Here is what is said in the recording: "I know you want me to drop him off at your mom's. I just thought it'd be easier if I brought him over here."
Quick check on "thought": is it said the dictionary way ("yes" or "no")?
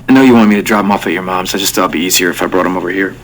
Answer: no